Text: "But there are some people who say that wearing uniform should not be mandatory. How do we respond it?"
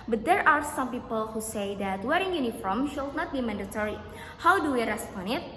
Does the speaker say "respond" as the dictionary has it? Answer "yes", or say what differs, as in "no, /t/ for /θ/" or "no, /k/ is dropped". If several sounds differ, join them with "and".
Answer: no, /d/ is dropped